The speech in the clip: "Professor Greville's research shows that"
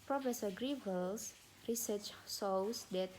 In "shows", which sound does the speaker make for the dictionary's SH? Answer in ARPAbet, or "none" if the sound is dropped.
S